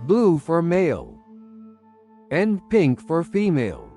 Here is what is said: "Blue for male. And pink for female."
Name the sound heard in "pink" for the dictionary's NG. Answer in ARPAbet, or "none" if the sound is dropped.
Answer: NG